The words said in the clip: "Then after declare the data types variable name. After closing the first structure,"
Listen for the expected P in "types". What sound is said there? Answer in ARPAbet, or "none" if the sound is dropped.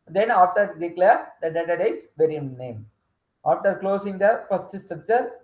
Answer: none